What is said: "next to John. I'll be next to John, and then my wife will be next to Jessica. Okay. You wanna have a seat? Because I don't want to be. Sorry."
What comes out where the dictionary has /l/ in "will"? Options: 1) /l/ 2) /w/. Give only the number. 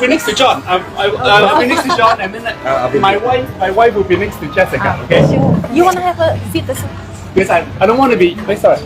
2